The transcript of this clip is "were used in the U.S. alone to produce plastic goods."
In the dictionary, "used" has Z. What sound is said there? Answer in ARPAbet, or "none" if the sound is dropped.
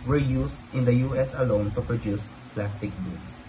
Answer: S